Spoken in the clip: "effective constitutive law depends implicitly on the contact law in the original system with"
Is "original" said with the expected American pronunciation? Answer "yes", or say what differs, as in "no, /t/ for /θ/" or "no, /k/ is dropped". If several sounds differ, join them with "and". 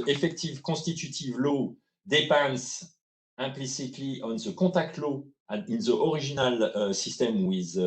no, /ʒ/ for /dʒ/